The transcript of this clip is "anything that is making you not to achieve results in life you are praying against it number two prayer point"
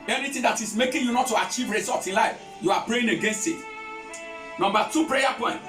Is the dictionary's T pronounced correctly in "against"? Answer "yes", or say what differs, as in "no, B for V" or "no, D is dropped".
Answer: yes